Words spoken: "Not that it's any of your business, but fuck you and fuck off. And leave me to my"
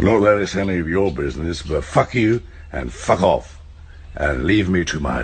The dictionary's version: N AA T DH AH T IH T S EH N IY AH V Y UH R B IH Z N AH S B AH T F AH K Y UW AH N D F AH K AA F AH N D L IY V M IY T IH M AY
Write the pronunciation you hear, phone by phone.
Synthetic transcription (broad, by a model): N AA T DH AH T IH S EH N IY AH V Y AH R B IH Z N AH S B AH T F AH K Y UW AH N F AH K AA F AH N L IY V M IY T IH M AY